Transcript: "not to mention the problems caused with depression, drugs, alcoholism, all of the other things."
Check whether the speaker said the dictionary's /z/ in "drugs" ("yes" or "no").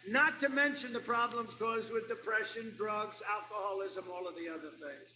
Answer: yes